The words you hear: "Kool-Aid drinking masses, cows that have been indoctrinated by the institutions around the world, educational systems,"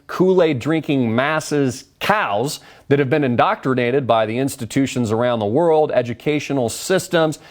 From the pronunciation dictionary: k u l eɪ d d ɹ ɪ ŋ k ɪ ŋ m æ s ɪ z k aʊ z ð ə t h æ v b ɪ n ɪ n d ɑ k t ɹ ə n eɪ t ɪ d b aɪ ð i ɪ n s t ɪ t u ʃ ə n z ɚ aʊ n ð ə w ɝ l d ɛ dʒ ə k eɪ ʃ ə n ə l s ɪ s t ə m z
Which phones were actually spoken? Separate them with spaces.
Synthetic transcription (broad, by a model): k u l eɪ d d ɹ ɪ ŋ k ɪ ŋ m æ s ɪ z k aʊ z ð ə t h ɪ v b ɪ n ɪ n d ɑ k t ɹ ə n eɪ t ɪ d b aɪ ð i ɪ n s t ɪ t u ʃ ə n z ɚ aʊ n ð ə w ɝ l d ɛ dʒ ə k eɪ ʃ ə n l s ɪ s t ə m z